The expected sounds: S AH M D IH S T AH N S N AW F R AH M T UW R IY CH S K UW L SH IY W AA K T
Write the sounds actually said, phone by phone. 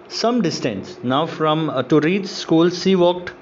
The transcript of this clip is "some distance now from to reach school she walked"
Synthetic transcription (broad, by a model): S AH M D IH S T AH N S N AW F R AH M T UW R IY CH S K UW L S IY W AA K T